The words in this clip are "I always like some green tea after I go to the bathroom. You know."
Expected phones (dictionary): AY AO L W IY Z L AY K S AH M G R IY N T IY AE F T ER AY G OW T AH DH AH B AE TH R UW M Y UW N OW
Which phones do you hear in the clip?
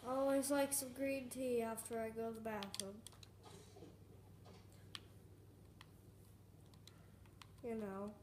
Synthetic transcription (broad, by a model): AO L W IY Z L AY K S AH M G R IY N T IY AE F T ER AY G OW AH DH AH B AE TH AH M Y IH N OW